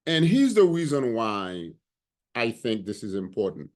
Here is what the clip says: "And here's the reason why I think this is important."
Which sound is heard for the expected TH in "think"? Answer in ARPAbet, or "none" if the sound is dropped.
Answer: TH